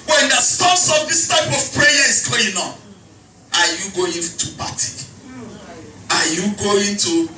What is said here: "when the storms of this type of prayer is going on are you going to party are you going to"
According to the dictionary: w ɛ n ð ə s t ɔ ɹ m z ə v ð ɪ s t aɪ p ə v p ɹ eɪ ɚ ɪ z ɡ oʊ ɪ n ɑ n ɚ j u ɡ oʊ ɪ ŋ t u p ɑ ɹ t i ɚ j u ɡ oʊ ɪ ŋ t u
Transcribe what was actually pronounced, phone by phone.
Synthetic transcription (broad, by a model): w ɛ n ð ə s t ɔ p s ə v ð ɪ s t aɪ p ə v p ɹ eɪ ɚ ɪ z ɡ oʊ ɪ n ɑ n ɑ j u ɡ oʊ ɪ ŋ t u b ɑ t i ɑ j u ɡ oʊ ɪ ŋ t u